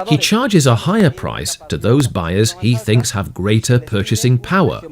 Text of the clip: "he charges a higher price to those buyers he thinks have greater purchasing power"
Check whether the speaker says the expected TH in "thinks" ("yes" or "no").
yes